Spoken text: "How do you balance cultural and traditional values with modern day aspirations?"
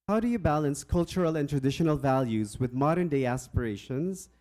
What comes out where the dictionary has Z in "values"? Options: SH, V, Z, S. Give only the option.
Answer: Z